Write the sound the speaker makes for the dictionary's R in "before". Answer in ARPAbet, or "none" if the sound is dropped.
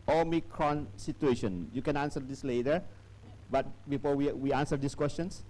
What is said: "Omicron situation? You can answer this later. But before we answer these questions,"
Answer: W